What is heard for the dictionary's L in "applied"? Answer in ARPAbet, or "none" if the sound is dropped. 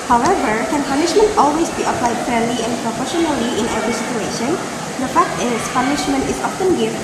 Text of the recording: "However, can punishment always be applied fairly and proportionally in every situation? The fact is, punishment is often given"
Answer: L